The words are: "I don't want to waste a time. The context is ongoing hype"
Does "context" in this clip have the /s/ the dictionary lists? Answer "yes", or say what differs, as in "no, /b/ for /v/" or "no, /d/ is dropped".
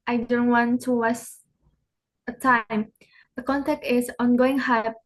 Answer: no, /s/ is dropped